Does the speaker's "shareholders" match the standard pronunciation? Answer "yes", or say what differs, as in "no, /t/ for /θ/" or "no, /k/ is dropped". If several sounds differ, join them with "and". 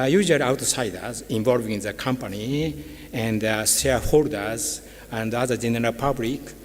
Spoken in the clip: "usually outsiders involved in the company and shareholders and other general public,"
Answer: no, /s/ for /ʃ/